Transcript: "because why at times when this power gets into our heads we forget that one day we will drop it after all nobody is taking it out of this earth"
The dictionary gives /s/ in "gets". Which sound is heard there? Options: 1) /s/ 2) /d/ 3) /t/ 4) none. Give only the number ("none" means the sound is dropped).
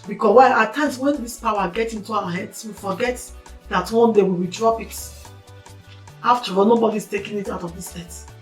4